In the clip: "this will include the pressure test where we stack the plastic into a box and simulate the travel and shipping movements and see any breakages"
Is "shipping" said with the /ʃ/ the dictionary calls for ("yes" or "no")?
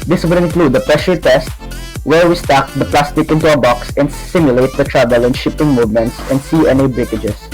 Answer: yes